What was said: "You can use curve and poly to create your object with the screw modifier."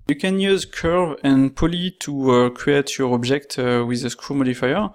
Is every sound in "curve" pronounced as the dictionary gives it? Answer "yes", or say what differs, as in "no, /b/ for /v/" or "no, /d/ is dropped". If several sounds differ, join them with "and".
yes